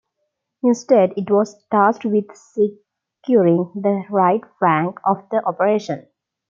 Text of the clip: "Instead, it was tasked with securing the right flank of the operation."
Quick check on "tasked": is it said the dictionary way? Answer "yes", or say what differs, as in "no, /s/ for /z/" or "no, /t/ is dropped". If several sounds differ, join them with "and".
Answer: no, /k/ is dropped